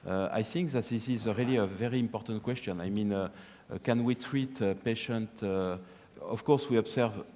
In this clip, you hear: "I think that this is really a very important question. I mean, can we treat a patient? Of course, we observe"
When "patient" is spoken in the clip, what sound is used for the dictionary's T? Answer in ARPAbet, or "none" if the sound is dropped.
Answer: T